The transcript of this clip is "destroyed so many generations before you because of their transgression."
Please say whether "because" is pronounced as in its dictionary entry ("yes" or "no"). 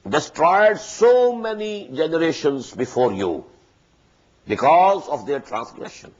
yes